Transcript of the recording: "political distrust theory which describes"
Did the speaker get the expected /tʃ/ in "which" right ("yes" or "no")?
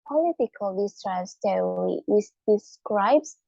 no